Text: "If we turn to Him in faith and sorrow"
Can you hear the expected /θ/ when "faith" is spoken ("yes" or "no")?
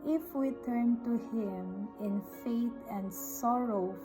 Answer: no